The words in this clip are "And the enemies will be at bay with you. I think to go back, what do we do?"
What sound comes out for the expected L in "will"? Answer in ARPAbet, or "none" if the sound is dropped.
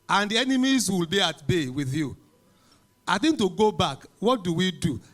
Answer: L